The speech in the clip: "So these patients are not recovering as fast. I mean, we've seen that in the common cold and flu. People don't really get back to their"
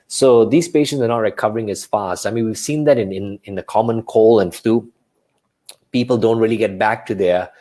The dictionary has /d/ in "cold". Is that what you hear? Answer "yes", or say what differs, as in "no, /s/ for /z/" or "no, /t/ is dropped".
no, /d/ is dropped